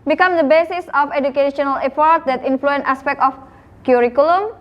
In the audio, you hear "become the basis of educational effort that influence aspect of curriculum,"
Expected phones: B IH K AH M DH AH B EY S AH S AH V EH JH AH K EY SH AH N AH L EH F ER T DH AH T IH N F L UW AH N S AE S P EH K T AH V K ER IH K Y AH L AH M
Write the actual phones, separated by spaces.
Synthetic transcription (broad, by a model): B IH K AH M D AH B EY S AH S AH F EH JH AH K EY SH AH N AH L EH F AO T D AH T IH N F L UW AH N AE S P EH K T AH F K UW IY K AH L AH M